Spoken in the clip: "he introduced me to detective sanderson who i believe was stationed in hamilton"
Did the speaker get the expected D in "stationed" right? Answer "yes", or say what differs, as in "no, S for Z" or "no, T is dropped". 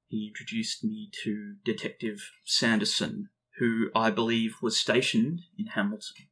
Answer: yes